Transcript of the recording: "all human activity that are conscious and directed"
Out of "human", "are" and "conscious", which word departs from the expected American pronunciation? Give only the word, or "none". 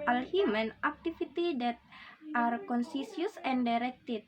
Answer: conscious